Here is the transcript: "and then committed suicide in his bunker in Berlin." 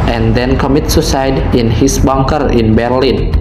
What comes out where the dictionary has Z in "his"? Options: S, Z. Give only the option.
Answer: S